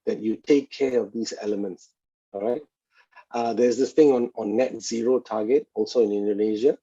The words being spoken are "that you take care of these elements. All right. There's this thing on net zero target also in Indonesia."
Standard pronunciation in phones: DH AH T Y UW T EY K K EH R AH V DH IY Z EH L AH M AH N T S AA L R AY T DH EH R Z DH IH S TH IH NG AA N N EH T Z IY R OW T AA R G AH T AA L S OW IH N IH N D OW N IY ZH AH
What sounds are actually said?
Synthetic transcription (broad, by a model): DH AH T Y UW T EY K K EH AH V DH IY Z EH L AH M AH N T S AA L R AY T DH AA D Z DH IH S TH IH NG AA N N EH T Z IY R OW T AA G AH T AA L S OW IH N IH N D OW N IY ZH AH